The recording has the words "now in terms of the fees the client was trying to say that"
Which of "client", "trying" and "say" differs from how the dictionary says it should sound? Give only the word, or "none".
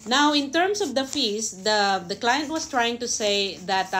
none